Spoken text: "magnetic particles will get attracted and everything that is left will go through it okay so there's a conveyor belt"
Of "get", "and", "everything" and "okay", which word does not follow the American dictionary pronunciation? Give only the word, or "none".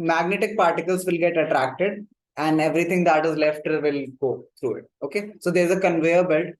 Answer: everything